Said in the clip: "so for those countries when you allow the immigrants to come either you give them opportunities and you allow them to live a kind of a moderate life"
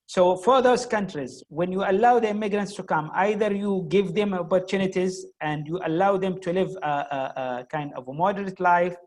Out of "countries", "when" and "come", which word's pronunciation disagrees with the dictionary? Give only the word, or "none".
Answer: none